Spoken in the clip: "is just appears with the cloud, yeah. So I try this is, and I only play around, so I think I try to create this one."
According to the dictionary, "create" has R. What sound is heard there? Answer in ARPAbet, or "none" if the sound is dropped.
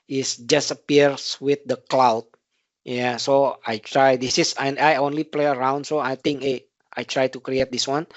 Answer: R